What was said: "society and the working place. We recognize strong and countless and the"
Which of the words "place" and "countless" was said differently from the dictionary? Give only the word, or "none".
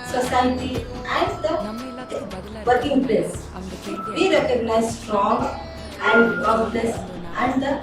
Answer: countless